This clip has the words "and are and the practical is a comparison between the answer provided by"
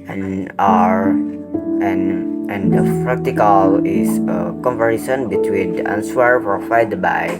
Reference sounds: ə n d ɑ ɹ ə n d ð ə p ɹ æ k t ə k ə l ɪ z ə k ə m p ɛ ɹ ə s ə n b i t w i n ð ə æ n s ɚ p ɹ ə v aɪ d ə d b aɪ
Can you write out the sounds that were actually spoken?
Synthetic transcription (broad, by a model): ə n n ɑ ɹ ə n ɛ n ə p ɹ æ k t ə k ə l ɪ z ə k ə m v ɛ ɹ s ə n b i t w i n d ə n s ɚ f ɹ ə f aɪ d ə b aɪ